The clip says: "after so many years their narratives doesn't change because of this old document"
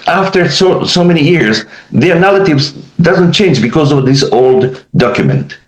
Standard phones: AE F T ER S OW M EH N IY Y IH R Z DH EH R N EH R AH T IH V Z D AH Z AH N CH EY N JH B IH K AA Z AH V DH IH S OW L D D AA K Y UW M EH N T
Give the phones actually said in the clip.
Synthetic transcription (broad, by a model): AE F T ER S OW M EH N IY Y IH R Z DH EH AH N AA L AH T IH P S D AH Z AH N CH EY N JH B IH K AA Z AH V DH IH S OW L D D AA K Y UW M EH N T